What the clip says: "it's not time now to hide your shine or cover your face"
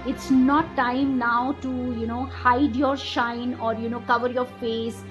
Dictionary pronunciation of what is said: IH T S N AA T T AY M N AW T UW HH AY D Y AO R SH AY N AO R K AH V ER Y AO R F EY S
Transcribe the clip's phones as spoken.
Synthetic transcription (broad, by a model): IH T S N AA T T AY M N AW T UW HH AY D Y AO R SH AY N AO R K AH V ER Y AO R F EY S